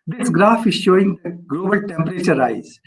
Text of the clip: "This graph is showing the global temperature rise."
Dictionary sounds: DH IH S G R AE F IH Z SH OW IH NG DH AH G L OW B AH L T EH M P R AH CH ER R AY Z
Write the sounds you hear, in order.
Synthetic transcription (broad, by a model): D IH S G R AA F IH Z SH OW IH NG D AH G L OW B AH L T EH M P R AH CH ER R AY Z